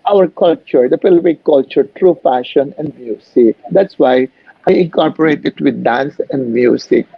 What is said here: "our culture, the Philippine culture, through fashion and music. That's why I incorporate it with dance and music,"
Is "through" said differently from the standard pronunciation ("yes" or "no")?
yes